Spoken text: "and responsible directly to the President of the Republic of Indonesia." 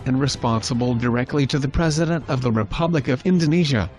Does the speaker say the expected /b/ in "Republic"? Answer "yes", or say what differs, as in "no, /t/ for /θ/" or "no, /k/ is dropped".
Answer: yes